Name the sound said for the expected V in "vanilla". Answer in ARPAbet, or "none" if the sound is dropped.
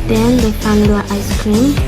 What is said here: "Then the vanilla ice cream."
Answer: F